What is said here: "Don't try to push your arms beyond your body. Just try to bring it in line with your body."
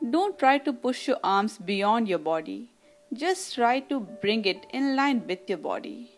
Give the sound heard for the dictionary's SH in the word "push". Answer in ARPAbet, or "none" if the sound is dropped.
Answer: SH